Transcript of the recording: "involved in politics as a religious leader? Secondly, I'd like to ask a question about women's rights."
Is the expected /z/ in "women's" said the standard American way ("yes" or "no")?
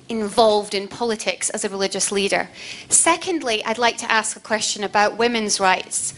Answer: yes